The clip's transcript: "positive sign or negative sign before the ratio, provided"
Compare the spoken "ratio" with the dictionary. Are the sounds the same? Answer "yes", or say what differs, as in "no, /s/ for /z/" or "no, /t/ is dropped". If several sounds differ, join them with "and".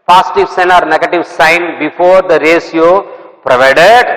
no, /s/ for /ʃ/